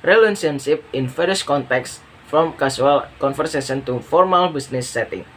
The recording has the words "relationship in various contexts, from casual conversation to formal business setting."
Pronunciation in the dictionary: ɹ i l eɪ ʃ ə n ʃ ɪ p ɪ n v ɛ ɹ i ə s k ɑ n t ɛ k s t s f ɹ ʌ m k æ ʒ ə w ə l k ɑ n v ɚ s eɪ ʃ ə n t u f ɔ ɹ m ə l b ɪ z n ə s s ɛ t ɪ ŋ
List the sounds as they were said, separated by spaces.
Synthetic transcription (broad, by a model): ɹ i l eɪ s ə n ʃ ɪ p ɪ n f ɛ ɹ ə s k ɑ n t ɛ k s s f ɹ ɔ m k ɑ s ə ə l k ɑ n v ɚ s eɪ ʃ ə n t u f ɔ ɹ m ə l b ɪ s n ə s s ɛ t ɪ ŋ